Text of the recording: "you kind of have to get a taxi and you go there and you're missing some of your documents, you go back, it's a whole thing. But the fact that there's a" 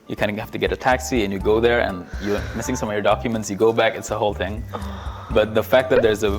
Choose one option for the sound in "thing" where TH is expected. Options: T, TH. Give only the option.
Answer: TH